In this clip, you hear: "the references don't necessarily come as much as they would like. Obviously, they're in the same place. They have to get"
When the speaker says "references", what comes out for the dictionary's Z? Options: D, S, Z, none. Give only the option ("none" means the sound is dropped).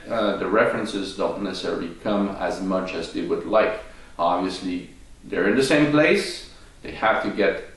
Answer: Z